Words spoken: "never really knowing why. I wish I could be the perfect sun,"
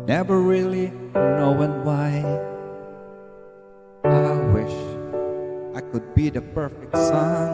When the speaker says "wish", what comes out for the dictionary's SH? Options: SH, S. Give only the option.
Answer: SH